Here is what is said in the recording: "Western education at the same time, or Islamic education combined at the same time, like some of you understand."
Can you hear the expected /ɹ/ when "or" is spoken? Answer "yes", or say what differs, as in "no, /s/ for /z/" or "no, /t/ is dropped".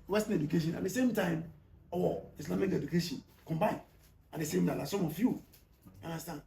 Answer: no, /w/ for /ɹ/